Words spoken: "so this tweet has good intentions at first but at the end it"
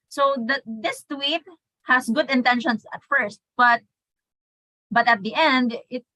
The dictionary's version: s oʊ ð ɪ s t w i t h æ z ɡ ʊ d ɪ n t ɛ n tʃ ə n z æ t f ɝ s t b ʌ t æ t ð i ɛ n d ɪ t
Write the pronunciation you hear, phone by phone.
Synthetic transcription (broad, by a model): s oʊ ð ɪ s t w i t h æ s ɡ ʊ d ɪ n t ɛ n ʃ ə n s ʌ t f ɝ s t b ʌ t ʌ t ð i ɛ n d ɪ t